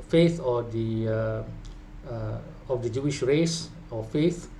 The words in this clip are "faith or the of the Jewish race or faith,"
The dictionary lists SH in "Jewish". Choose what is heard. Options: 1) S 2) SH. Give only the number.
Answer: 2